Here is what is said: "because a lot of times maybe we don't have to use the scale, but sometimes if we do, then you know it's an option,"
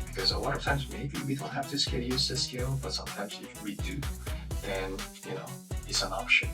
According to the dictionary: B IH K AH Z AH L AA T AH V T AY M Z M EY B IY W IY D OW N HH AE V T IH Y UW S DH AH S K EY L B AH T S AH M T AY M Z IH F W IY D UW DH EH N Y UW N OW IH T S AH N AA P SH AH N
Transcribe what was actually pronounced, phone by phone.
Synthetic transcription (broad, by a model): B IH K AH Z AH L AA T AH V T AY M Z M EY B IY W IY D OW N HH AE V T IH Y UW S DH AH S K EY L B AH T S AH M T AY M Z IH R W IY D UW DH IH N Y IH N OW IH T S AH N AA P SH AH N